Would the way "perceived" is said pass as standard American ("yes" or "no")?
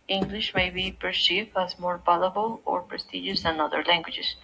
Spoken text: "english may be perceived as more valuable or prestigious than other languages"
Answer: no